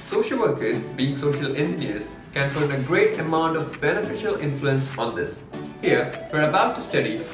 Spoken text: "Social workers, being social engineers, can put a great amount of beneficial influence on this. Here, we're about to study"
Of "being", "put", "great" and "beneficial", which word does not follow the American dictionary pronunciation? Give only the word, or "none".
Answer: put